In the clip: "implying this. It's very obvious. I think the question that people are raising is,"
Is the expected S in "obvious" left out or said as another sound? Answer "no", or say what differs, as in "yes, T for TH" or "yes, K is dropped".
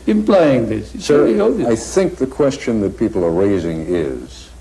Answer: yes, S is dropped